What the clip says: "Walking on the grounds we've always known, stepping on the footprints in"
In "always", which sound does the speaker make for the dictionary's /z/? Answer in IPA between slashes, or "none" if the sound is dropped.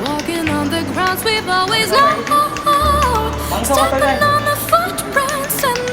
/z/